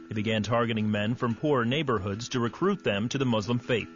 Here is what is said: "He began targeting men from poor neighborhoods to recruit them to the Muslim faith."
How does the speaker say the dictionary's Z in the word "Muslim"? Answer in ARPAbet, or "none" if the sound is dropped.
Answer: Z